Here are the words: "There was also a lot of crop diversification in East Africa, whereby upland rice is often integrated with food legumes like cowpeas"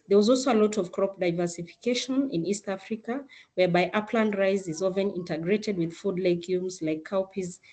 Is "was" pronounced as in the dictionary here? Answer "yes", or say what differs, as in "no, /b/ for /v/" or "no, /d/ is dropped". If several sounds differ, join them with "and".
yes